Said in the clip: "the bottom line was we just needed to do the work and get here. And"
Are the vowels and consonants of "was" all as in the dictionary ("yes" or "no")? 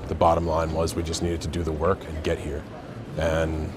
yes